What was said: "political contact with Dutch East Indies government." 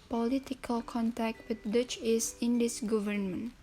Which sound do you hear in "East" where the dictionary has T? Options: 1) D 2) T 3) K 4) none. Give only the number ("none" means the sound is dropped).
4